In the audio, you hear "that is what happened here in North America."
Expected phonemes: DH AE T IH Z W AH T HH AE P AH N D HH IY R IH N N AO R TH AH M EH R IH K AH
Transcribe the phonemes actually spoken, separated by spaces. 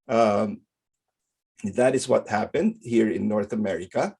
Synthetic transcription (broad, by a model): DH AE T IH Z W AH T HH AE P AH N D HH IY R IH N N AO R TH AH M EH R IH K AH